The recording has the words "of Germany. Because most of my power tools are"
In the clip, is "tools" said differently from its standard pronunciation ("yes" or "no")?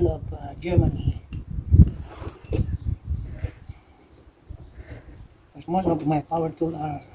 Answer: yes